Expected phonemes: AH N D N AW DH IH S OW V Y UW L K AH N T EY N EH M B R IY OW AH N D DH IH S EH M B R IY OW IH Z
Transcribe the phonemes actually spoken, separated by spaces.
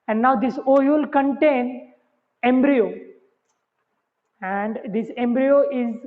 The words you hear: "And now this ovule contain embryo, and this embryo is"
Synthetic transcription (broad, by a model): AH N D N AW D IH S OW Y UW L K AH N T EY N EH M B R IY OW AH N D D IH S EH M B R IY OW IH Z